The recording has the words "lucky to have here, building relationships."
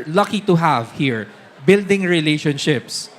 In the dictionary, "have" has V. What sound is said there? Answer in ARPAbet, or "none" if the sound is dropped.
V